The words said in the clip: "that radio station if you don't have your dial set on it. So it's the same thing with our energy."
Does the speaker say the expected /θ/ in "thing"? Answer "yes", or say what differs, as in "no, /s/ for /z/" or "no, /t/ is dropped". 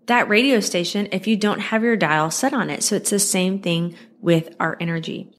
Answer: yes